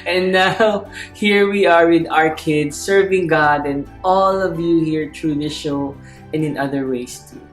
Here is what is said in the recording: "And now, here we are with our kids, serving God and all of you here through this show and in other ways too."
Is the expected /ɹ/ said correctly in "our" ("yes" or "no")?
yes